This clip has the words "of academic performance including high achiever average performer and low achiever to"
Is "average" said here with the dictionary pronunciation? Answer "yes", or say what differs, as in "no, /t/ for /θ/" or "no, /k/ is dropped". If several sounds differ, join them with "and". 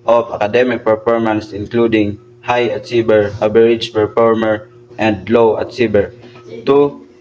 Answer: no, /b/ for /v/